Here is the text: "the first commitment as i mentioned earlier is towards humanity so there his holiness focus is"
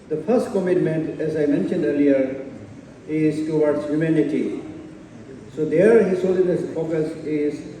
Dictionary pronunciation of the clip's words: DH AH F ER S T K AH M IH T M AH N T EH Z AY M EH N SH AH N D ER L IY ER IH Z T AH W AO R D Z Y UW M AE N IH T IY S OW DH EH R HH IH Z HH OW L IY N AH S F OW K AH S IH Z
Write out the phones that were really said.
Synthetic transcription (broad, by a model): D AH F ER S T K AH M IH T M AH N T EH Z AY M EH N SH AH N D ER L IY ER IH Z T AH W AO R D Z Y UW M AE N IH T IY S OW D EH R HH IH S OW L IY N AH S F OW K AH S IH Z